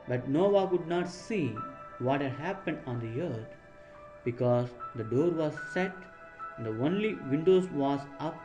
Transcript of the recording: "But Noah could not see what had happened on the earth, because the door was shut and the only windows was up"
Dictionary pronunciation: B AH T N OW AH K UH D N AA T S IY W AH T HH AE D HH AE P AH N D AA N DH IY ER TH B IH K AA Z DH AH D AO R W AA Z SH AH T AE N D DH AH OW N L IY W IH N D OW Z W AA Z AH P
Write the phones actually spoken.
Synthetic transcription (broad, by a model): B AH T N OW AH K UH D N AA T S IY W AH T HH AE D HH AE P AH N D AA N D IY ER T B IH K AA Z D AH D AO R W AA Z S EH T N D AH OW N L IY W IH N D OW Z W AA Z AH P